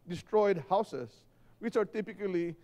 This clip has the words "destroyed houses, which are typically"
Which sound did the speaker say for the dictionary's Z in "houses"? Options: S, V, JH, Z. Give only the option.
S